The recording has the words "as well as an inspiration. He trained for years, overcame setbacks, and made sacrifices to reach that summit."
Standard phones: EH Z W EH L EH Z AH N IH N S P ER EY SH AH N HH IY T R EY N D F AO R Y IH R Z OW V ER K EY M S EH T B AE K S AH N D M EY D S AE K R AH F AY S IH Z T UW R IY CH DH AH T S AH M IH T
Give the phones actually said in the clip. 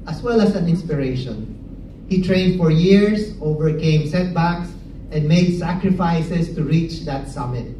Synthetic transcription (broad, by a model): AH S W EH L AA S AH N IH N S P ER EY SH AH N HH IY T R EY N D F AO R Y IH R S OW V ER K EY M S EH T B AE K S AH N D M EY D S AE K R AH F AY S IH S T UW R IY CH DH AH T S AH M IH T